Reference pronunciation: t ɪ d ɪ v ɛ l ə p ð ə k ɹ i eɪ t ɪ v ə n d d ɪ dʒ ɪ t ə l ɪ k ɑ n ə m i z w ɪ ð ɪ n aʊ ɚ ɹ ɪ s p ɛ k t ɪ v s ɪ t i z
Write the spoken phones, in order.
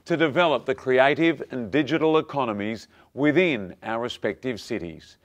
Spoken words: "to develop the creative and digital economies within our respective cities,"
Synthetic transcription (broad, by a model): t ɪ d ɪ v ɛ l ə p ð ə k ɹ i eɪ t ɪ v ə n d d ɪ dʒ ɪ t l ɪ k ɑ n ə m i z w ɪ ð ɪ n aʊ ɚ ɹ ɪ s p ɛ k t ɪ v s ɪ t i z